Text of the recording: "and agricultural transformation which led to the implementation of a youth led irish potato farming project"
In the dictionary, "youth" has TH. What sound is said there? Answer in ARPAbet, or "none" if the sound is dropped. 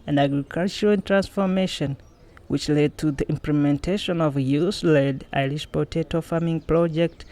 S